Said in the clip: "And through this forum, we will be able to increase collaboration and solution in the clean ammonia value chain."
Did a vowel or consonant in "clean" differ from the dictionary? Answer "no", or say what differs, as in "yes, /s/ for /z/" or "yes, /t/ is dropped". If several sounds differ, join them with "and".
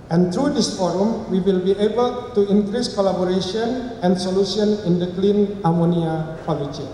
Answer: no